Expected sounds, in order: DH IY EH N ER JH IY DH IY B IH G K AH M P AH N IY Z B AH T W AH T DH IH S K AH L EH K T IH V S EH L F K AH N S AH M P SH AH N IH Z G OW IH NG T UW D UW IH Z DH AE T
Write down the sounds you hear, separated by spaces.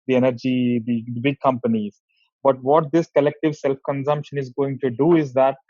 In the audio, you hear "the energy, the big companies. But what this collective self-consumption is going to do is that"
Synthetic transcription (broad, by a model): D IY EH N ER JH IY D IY B IH G K AH M P AH N IY Z B AH T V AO T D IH S K AH L EH K T IH V S EH L F K AH N S AH M P SH AH N IH Z G OW IH NG T UW D UW IH Z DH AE T